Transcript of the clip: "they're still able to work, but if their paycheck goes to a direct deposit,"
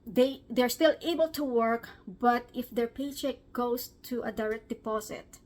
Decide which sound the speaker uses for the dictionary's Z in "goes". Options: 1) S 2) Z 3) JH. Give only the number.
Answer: 1